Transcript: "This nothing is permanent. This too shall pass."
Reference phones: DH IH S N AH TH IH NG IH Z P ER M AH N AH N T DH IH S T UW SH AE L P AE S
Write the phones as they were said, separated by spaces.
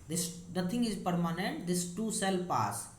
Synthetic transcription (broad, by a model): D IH S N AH T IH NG IH Z P ER M AH N AH N T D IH S T UW S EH L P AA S